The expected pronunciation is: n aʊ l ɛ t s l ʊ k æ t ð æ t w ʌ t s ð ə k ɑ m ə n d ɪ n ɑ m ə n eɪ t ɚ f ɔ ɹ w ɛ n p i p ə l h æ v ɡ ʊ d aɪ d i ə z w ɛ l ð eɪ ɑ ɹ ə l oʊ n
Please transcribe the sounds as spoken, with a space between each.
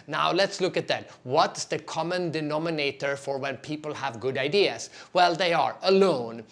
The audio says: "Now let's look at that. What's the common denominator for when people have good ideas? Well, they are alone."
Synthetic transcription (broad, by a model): n aʊ l ɛ t s l ʊ k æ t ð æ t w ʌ t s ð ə k ɑ m ə n d ɪ n ɑ m ə n eɪ t ɚ f ɔ ɹ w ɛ n p i p ə l h æ v ɡ ʊ d aɪ d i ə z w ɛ l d eɪ ɑ ɹ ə l oʊ n